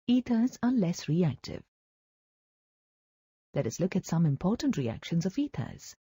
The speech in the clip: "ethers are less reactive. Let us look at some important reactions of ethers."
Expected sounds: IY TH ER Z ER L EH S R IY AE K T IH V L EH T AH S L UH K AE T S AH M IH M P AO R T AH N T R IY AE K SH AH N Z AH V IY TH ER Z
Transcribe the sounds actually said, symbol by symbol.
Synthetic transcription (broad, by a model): IY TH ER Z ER L EH S R IY AE K T IH V L EH T AH S L UH K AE T S AH M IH M P AO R T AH N T R IY AE K SH AH N Z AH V IY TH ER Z